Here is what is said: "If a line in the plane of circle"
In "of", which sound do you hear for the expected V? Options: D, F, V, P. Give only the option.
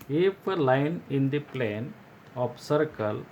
P